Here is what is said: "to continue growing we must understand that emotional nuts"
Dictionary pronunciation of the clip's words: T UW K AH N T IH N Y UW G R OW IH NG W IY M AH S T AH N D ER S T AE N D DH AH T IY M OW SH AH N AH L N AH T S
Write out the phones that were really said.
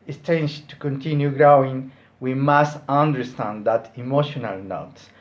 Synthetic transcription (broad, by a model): T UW K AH N T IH N Y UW G R OW IH NG W IY M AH S T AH N D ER S T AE N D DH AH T IY M OW SH AH N AH L N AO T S